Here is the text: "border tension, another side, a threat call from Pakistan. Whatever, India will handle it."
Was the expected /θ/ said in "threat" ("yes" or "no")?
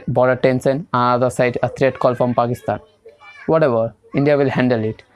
no